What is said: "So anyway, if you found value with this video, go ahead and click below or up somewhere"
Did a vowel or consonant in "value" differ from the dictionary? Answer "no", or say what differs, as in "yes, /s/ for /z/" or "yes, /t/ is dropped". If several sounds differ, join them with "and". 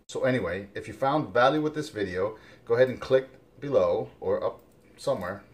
no